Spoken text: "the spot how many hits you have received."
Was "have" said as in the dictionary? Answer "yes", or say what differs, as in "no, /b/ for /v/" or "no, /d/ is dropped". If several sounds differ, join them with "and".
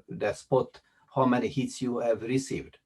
yes